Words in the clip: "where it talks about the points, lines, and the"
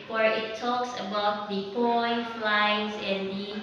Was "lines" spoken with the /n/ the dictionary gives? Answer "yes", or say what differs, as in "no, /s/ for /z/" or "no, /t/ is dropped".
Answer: no, /n/ is dropped